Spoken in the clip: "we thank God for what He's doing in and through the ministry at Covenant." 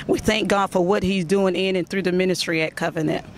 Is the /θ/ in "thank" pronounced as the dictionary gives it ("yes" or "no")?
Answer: yes